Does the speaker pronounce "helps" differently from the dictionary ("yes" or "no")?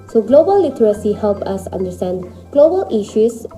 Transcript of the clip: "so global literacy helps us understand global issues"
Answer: yes